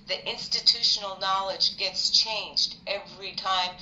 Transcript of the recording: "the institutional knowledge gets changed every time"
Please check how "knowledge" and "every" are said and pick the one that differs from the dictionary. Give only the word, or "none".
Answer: none